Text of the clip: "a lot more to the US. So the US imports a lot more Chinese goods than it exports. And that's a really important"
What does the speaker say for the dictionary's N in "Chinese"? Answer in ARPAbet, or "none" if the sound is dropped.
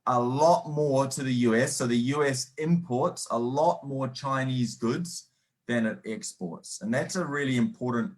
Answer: N